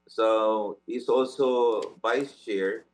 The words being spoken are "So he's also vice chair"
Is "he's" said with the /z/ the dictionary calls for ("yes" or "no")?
no